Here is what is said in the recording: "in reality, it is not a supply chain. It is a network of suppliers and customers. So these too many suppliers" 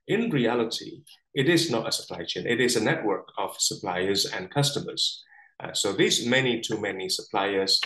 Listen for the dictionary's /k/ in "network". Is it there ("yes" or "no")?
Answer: yes